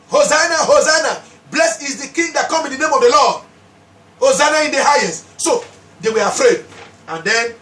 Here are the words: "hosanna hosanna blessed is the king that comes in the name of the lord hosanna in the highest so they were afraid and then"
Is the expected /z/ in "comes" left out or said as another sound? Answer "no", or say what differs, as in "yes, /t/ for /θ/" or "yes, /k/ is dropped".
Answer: yes, /z/ is dropped